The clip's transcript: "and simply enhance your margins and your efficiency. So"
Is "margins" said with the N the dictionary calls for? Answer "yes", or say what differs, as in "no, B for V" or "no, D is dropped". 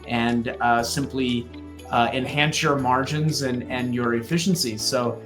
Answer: yes